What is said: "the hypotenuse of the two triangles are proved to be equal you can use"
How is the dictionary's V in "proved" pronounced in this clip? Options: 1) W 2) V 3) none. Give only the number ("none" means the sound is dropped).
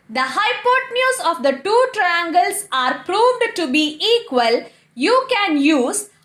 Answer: 2